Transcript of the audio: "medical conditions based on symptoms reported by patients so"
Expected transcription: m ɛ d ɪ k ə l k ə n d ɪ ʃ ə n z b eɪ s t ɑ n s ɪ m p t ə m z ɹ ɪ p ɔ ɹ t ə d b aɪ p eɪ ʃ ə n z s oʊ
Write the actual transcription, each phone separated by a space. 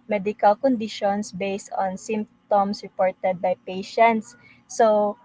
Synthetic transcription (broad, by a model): m ɛ d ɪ k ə l k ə n d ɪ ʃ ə n s b eɪ s t ɑ n s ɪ m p t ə m s ɹ ɪ p ɔ ɹ t ə d b aɪ p eɪ ʃ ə n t s oʊ